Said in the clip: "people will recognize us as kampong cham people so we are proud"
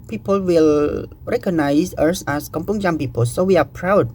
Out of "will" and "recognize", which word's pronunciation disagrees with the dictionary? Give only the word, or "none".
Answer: recognize